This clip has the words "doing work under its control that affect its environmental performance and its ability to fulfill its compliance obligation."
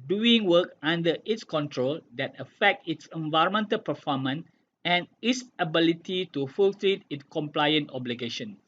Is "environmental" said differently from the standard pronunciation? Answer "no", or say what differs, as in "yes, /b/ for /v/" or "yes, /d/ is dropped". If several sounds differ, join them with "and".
no